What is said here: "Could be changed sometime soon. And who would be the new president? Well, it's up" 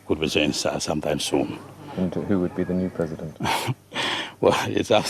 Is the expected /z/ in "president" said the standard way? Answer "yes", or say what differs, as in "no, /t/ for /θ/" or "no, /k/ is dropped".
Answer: yes